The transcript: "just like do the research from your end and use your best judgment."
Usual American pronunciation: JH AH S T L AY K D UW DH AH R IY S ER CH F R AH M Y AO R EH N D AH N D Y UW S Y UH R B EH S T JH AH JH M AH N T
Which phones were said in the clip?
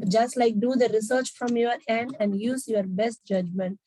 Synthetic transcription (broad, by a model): JH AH S T L AY K D UW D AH R IY S ER CH F R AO M Y AO R EH N D AH N D Y UW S Y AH R B EH S T JH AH JH M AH N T